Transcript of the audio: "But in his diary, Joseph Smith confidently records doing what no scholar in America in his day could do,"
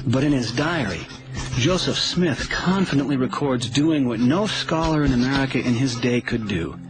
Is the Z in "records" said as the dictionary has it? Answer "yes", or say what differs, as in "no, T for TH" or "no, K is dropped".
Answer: yes